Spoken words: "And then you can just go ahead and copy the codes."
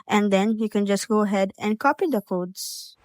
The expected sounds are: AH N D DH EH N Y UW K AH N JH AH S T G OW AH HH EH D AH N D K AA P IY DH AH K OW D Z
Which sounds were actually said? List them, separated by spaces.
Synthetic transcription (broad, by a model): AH N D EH N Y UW K AH N JH AH S T G OW AH HH EH D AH N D K AA P IY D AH K OW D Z